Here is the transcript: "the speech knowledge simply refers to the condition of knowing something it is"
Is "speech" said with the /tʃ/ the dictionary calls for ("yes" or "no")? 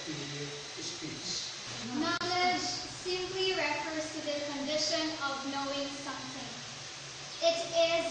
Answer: no